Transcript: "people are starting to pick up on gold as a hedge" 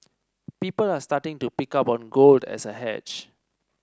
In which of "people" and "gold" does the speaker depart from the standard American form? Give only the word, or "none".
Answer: none